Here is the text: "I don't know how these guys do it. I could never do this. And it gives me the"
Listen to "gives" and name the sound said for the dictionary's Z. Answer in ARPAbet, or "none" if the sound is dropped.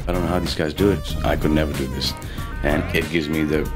Z